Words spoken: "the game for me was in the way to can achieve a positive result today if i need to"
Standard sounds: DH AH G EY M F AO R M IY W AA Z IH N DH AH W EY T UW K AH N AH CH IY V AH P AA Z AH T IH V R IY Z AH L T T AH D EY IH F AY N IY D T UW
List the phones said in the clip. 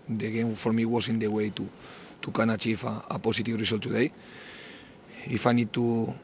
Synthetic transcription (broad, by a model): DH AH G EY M F AO R M IY W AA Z IH N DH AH W EY T UW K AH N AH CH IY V AH P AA S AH T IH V R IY S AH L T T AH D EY IH F AY N IY D T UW